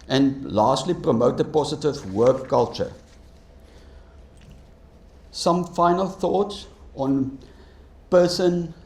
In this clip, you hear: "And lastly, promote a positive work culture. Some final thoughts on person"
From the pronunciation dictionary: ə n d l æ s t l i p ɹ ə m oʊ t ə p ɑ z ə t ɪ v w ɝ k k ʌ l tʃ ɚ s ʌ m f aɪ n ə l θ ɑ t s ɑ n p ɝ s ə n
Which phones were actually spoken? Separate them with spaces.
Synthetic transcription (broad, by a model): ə n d l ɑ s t l i p ɹ ə m oʊ t ə p ɑ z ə t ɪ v w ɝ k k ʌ l tʃ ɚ s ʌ m f aɪ n ə l θ ɑ t s ɑ n p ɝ s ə n